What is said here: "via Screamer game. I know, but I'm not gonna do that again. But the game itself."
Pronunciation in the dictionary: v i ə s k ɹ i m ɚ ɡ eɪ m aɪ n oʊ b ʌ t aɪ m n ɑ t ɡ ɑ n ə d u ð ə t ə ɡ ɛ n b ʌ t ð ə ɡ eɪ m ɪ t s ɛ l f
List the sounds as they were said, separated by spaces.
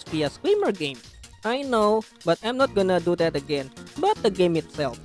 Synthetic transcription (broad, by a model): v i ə s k w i m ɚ ɡ eɪ m aɪ n oʊ b ʌ t aɪ m n ɑ t ɡ ɑ n ə d u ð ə t ə ɡ ɛ n b ʌ t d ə ɡ eɪ m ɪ t s ɛ l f